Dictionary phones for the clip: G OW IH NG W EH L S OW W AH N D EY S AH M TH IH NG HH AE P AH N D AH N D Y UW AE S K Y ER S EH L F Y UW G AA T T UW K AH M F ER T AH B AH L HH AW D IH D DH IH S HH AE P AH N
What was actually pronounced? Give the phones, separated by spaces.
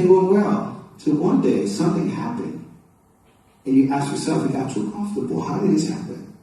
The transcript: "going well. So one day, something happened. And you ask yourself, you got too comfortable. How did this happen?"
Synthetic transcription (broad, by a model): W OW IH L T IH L W AH N D EY S AH M TH IH NG HH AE P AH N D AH N Y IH AE S K Y ER S EH L F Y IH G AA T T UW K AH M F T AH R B HH AW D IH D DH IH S HH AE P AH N